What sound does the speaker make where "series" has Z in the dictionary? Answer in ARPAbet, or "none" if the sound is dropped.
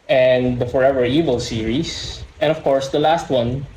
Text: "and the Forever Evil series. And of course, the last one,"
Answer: S